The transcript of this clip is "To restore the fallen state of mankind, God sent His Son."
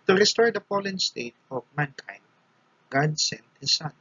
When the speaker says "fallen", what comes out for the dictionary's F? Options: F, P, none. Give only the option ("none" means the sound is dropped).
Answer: P